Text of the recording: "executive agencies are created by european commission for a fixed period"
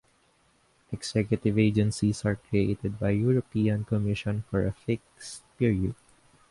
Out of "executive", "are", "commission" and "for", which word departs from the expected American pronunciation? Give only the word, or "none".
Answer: executive